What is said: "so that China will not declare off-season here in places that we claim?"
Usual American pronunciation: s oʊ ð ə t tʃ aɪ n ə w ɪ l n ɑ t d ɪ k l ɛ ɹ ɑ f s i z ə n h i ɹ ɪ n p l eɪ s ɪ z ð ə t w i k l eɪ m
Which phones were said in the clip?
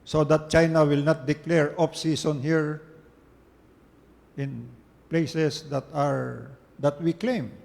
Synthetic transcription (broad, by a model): s oʊ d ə t tʃ aɪ n ə w ɪ l n ɑ t d ɪ k l ɛ ɹ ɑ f s i s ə n h i ɹ ɪ n p l eɪ s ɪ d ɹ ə t w i k l eɪ m